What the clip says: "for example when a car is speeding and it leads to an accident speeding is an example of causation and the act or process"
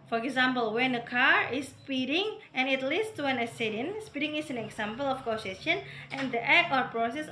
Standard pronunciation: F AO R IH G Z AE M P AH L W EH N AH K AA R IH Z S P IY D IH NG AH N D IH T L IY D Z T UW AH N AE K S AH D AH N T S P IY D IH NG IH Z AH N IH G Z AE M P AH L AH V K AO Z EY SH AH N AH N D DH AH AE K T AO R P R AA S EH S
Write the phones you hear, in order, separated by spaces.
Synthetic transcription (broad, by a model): F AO R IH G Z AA M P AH L W EH N AH K AA R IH S P IY D IH NG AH N IH T L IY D S T UW AH N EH S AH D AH N S P IY D IH NG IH S AH N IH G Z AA M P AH L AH F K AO S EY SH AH N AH N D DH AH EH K AO R P R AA S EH S